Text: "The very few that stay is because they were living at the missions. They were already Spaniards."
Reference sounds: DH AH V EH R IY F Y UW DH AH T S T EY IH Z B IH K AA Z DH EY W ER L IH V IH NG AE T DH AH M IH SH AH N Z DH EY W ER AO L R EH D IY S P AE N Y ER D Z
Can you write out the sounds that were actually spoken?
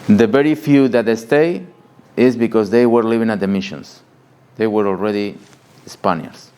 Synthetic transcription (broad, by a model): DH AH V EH R IY F Y UW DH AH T S T EY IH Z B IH K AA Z DH EY W ER L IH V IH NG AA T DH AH M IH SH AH N S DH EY W ER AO L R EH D IY S P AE N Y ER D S